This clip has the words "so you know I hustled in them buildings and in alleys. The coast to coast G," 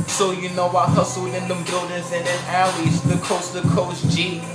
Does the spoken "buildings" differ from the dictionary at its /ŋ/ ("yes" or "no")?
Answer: yes